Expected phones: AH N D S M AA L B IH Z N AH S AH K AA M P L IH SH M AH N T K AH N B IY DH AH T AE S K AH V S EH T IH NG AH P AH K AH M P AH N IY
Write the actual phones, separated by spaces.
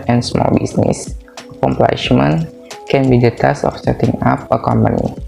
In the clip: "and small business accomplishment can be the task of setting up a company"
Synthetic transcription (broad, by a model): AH N S M AA L B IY S N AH S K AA M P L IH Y M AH N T K AH N B IY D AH T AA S AH F S EH T IH NG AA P AH K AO M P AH N IY